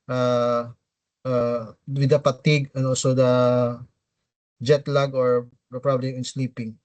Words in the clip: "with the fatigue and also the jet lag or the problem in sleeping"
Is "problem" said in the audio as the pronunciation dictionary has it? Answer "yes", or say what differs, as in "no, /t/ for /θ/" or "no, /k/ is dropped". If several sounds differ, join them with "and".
no, /m/ is dropped